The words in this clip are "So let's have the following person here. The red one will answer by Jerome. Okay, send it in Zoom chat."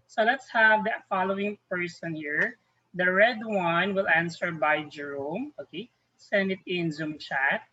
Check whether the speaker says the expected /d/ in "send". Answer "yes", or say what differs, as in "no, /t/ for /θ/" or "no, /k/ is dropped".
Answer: yes